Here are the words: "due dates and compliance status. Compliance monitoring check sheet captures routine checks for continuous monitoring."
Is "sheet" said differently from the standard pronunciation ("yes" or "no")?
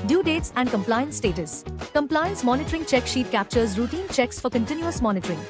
no